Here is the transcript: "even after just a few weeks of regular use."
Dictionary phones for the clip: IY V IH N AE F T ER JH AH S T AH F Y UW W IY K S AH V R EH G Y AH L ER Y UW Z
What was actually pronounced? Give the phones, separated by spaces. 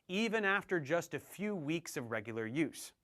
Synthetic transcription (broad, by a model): IY V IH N AE F T ER JH AH S T AH F Y UW W IY K S AH V R EH G Y L ER Y UW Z